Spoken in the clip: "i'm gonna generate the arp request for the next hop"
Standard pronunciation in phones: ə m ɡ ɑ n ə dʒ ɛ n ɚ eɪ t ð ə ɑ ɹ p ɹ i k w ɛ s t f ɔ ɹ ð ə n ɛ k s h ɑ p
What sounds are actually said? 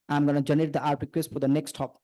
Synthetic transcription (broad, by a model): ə m ɡ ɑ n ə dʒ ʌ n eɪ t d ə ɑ ɹ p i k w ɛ s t f ɔ ɹ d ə n ɛ k s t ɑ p